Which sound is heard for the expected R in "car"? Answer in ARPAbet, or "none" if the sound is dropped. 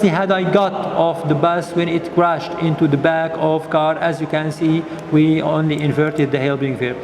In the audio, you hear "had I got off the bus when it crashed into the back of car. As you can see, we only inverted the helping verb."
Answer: R